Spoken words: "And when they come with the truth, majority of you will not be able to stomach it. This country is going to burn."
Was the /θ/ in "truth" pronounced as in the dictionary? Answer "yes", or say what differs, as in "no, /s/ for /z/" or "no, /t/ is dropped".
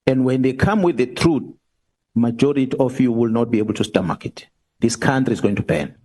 no, /t/ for /θ/